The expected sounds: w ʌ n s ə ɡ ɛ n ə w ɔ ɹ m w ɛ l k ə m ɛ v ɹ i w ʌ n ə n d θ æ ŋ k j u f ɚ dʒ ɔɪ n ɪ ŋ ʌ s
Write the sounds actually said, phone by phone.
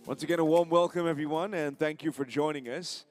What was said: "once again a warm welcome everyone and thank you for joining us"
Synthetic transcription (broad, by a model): w ʌ n s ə ɡ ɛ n ə w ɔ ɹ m w ɛ l k ə m ɛ v ɹ i w ʌ n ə n θ æ ŋ k j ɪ f ɚ dʒ ɔɪ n ɪ ŋ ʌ s